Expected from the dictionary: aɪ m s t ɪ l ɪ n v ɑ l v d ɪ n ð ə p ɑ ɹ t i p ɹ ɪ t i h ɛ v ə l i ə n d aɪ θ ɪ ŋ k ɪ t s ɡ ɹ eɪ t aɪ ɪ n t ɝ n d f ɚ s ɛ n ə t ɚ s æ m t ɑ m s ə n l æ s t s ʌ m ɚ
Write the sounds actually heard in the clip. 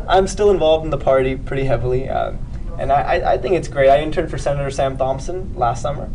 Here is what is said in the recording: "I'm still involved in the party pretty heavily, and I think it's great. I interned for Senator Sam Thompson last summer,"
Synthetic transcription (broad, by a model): aɪ m s t ɪ l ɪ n v ɑ l v d n ð ə p ɑ ɹ t i p ɹ ɪ t i h ɛ v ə n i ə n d aɪ θ ɪ ŋ k ɪ t s ɡ ɹ eɪ t aɪ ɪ n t ɝ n f ɚ s ɛ n ə t ɚ s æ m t ɑ m s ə n l æ s t s ʌ m ɚ